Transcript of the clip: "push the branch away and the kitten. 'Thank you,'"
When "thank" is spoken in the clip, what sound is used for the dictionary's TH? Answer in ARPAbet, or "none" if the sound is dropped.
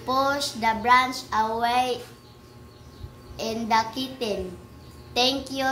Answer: T